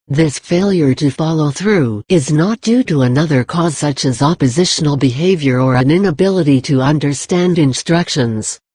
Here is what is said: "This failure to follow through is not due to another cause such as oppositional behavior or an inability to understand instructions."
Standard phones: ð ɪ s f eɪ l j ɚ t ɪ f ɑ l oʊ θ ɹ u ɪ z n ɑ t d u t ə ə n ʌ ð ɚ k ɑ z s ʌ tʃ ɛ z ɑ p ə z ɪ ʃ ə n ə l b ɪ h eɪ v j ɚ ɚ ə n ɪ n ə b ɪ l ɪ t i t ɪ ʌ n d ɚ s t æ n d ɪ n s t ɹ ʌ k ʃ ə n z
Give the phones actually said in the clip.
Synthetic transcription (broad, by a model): ð ɪ s f eɪ l j ɚ t ɪ f ɑ l oʊ θ ɹ u ɪ z n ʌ t d u t ə ə n ʌ ð ɚ k ɑ z s ʌ tʃ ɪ z ɑ p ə z ɪ ʃ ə n l b ɪ h eɪ v j ɚ ɚ ə n ɪ n ə b ɪ l ɪ t i t ɪ ʌ n d ɚ s t æ n d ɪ n s t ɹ ʌ k ʃ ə n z